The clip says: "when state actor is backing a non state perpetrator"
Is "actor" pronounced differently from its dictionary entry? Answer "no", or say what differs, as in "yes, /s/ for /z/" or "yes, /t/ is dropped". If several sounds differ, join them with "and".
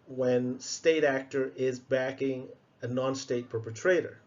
no